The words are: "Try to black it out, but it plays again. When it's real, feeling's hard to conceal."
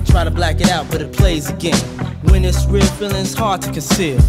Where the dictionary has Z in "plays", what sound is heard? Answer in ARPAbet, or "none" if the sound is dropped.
Z